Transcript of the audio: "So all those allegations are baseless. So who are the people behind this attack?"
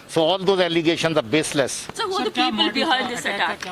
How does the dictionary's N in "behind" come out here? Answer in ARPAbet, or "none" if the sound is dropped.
L